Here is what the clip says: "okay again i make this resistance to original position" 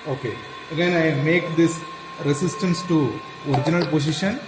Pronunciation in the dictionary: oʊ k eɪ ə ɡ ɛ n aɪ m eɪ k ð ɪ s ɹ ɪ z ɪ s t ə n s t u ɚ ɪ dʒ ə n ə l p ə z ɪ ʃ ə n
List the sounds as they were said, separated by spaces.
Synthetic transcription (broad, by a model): oʊ k eɪ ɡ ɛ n aɪ m eɪ k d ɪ s ɹ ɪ s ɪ s t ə n s t u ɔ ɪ dʒ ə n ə l p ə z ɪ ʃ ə n